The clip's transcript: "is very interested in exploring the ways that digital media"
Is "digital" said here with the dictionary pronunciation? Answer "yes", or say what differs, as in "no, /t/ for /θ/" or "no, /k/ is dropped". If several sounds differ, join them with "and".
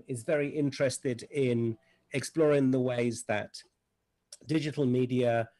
yes